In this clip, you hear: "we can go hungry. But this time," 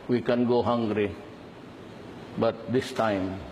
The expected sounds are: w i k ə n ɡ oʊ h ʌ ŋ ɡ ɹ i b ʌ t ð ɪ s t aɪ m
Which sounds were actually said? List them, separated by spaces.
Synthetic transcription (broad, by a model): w i k ə n ɡ oʊ h ʌ ŋ ɡ ɹ i b ʌ t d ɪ s t aɪ m